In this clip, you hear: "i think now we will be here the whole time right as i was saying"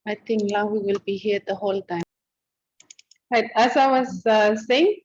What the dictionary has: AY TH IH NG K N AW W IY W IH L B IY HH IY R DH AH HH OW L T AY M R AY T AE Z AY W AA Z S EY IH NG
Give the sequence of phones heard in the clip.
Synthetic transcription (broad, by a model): AY T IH NG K L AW W IY W IH L B IY HH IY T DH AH HH OW L T AY M R AY T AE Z AY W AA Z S EY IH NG